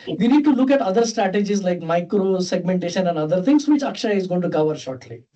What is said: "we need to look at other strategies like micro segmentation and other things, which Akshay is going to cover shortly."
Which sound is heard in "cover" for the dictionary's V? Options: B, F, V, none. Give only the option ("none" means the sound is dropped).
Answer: V